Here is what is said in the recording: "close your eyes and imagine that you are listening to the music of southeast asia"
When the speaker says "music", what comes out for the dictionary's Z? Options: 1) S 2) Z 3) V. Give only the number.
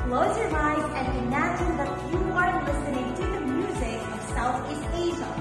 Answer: 2